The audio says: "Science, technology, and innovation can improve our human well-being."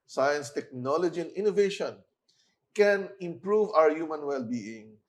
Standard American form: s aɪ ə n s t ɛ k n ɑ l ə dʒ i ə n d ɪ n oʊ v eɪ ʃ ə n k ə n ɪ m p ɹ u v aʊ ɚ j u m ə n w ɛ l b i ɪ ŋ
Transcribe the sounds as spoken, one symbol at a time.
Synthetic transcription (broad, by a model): s aɪ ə n s t ɛ k n ɑ l ə dʒ i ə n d ɪ n oʊ v eɪ ʃ ə n k ə n ɪ m p ɹ u v aʊ ɚ j u m ə n w ɛ l b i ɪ ŋ